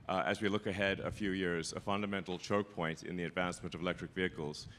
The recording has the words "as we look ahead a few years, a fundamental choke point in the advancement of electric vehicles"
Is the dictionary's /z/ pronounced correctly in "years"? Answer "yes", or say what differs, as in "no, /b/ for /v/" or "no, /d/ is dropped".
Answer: yes